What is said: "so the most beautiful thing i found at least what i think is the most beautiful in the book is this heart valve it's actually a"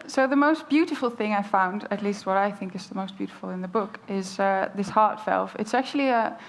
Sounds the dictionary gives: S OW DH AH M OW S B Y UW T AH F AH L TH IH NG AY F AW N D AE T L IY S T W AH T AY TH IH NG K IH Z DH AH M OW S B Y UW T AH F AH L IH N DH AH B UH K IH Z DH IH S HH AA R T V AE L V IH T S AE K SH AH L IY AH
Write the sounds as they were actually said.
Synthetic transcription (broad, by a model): S OW DH AH M OW S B Y UW T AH F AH L TH IH NG AY F AW N D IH T L IY S T W AH T AY TH IH NG K IH Z DH AH M OW S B Y UW T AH F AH L IH N DH AH B UH K IH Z DH IH S HH AA R T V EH L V IH T S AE K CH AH L IY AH